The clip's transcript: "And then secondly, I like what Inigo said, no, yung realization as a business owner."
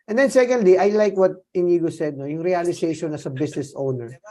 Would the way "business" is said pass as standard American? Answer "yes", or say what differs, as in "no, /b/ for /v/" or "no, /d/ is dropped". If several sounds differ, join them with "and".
no, /s/ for /z/